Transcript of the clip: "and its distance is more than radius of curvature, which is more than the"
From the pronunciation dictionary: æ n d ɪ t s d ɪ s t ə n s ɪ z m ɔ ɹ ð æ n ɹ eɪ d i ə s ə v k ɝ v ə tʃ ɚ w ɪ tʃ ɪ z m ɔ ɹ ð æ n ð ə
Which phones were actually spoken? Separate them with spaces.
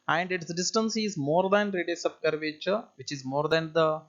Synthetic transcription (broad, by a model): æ n d ɪ t s d ɪ s t ə n s ɪ z m ɔ ɹ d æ n ɹ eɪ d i s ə b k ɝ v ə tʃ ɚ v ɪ tʃ ɪ z m ɔ ɹ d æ n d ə